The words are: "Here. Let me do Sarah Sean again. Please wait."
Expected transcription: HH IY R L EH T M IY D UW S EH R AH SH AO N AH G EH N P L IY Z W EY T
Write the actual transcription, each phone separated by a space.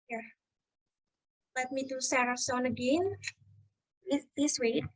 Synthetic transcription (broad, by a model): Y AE L EH T M IY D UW S EH R AH S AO N AH G EH N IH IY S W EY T